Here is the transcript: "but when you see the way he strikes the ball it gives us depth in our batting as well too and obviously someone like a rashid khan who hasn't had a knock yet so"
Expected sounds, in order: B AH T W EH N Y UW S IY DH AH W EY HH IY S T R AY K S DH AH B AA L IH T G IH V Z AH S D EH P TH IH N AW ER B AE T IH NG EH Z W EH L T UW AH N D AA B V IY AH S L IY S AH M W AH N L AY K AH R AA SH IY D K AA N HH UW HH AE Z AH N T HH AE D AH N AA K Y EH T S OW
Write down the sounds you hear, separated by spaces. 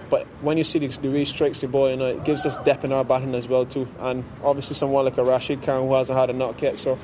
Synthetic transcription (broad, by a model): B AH T W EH N Y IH S IY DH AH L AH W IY S T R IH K S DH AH B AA N IH T G IH V Z AH S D EH P IH N AW ER B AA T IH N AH Z W EH L T UW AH N AA B V IY AH S L IY S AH M W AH N L AY K AH R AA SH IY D K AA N HH UW HH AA Z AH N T HH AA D AH N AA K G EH T S OW